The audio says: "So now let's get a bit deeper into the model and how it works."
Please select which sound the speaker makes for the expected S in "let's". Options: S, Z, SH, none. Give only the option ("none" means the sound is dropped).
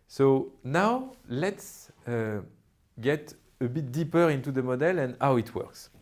S